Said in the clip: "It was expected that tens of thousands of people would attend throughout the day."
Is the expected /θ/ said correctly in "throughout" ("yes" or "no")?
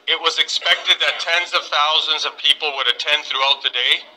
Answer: yes